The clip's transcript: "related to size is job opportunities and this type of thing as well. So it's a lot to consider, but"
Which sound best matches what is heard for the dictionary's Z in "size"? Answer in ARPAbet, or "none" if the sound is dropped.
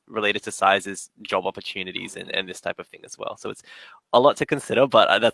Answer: Z